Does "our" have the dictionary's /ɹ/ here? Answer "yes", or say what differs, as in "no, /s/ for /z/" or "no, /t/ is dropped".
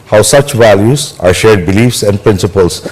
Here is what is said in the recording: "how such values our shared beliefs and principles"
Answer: yes